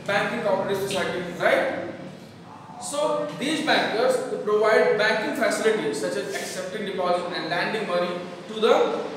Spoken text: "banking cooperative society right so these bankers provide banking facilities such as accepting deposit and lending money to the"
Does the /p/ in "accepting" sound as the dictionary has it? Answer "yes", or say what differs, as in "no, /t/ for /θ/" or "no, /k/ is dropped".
yes